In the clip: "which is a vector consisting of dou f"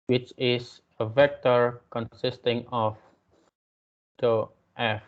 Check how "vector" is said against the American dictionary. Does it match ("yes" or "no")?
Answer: yes